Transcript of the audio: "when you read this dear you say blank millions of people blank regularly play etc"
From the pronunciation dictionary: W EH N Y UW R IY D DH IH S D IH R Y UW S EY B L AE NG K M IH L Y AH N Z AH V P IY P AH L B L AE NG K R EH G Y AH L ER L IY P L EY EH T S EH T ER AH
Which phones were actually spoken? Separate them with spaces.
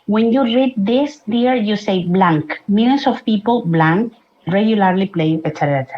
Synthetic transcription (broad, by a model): W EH N Y UW R IY D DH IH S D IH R Y UW S EY B L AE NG K M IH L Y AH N S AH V P IY P AH L B L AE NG K R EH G Y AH L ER L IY P L EY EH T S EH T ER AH